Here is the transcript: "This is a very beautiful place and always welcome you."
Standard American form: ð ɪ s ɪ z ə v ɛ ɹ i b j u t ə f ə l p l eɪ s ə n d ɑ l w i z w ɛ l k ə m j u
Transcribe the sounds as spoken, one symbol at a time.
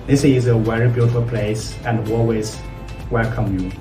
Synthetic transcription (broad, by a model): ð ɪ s ɪ z ə w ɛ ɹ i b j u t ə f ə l p l eɪ s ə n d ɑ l w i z w ɛ l k ə m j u